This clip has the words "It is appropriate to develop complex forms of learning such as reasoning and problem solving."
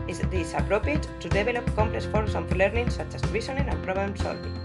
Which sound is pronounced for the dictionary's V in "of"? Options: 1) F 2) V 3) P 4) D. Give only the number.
1